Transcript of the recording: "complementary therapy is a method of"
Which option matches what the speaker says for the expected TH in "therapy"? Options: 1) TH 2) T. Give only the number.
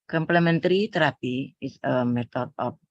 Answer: 2